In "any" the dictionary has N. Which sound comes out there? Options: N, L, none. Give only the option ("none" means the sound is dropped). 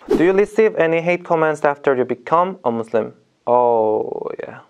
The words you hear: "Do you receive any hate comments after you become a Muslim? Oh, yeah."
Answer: N